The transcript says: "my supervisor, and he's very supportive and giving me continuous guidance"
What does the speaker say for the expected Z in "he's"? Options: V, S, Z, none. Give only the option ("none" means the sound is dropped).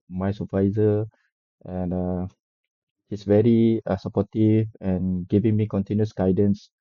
S